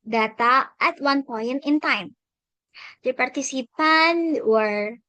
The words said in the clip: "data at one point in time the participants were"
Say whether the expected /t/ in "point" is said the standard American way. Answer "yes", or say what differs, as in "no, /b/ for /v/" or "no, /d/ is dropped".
no, /t/ is dropped